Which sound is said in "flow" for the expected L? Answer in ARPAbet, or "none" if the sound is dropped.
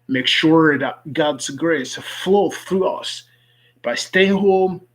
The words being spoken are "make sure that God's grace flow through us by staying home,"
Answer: L